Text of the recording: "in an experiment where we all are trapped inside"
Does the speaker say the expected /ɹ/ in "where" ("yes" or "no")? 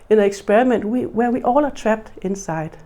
no